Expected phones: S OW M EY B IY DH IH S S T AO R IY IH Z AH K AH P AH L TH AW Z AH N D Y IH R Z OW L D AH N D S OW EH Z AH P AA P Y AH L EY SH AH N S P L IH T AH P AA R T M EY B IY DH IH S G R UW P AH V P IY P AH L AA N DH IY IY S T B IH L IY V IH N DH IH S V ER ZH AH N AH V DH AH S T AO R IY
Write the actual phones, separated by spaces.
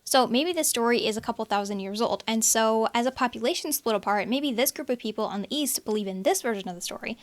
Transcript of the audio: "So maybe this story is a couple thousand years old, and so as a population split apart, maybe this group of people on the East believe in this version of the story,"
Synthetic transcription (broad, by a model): S OW M EY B IY DH IH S S T AO R IY IH Z AH K AH P L TH AW Z AH N D Y IH R Z OW L D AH N S OW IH Z AH P AA P Y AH L EY SH N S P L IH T AH P AA R T M EY B IY DH IH S G R UW P AH V P IY P L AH N DH IY IY S T B IH L IY V IH N DH IH S V ER ZH AH N AH V DH AH S T AO R IY